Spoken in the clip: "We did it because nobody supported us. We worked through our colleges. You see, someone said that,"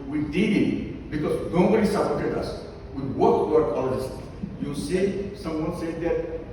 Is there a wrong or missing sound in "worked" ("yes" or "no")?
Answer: yes